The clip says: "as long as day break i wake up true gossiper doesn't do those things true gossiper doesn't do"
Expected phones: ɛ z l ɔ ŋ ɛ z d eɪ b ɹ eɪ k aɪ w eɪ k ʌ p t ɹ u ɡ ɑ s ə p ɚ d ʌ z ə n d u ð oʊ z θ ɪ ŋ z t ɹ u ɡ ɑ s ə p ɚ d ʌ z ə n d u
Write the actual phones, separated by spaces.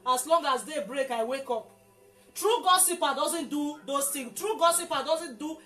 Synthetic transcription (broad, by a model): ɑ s l ɔ ŋ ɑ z d eɪ b ɹ eɪ k aɪ w eɪ k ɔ p t ɹ u ɡ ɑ s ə p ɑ d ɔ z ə n d u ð oʊ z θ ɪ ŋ t ɹ u ɡ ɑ s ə p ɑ d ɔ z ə n d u